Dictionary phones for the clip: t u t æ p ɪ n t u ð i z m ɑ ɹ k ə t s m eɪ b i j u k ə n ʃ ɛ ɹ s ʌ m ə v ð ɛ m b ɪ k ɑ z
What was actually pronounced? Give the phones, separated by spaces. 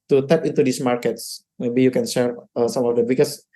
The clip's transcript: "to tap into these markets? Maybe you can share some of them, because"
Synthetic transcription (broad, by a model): t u t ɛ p ɪ n t u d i s m ɑ ɹ k ə t s m eɪ b i j u k ə n s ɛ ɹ s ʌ m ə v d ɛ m b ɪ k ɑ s